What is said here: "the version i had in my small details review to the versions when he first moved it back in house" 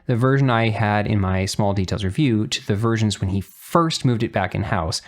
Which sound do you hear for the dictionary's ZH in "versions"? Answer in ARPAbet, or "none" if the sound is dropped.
ZH